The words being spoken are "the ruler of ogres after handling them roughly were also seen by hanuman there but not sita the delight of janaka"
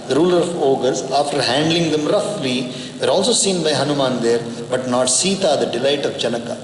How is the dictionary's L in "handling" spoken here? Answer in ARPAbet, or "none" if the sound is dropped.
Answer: L